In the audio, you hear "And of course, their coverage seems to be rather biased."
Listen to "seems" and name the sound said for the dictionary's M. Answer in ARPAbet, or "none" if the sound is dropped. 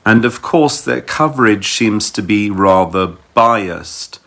M